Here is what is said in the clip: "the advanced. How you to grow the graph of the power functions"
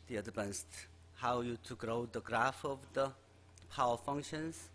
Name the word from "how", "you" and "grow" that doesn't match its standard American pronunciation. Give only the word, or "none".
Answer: none